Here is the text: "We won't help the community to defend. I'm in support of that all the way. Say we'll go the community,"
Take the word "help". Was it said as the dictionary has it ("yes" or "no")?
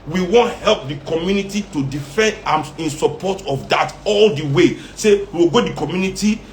yes